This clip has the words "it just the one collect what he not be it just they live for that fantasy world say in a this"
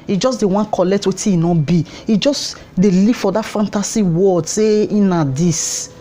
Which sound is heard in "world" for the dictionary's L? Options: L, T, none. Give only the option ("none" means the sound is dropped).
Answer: none